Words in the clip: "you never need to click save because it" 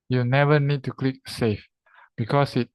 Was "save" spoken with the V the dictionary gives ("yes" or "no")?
no